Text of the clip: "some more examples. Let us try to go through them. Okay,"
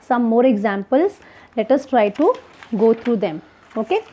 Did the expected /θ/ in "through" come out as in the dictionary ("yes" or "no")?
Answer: no